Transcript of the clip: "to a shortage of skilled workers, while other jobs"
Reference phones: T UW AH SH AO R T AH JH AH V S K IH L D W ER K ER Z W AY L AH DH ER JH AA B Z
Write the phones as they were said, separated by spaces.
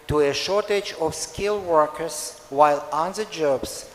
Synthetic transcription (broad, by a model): T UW AH SH AO R T AH JH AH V S K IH L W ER K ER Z W AY L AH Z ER JH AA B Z